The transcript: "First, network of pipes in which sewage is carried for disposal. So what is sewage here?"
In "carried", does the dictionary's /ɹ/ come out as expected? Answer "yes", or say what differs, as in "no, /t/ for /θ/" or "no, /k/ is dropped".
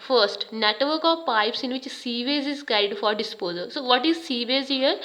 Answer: no, /ɹ/ is dropped